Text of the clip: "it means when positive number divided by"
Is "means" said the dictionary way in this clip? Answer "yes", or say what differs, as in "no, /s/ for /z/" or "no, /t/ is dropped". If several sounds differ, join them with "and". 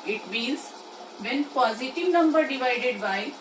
no, /l/ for /n/